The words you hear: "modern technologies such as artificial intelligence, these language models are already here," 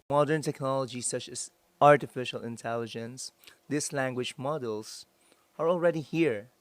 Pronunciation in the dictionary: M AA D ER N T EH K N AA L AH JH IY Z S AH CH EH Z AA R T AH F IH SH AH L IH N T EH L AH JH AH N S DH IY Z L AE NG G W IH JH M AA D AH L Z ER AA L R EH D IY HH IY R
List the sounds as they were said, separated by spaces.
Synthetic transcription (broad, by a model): M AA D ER N T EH K N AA L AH JH IY S AH CH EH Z AA R T AH F IH SH AH L IH N T EH L AH JH AH N S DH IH S L AE NG G W IH JH M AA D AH L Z ER AA L R EH D IY HH IY R